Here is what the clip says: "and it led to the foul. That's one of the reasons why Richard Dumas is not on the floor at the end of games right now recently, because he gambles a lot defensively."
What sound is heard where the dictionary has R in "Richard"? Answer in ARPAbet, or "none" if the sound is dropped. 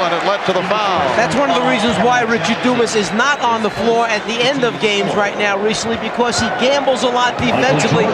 R